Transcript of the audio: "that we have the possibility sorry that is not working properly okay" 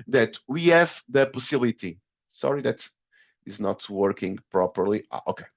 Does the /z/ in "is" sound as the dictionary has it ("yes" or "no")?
yes